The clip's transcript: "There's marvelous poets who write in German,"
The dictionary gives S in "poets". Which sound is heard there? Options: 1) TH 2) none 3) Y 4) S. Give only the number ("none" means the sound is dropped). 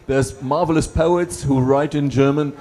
4